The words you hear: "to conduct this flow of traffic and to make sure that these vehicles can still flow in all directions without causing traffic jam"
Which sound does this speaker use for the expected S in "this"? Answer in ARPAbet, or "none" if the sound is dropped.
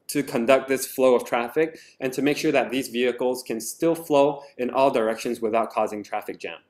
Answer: S